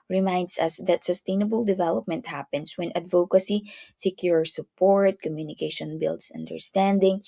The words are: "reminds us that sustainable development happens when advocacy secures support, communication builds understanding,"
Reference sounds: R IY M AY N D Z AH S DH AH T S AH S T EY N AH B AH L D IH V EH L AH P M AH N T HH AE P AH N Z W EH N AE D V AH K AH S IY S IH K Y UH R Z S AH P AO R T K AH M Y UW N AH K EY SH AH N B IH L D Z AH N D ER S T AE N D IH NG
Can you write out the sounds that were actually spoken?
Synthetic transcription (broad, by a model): R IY M AY N D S AH S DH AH T S AH S T EY N AH B AH L D IH V EH L AH P M AH N T HH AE P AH N S W EH N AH D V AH K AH S IY S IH K Y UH R S AH P AO R T K AH M Y UW N AH K EY SH AH N B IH L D S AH N D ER S T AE N D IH NG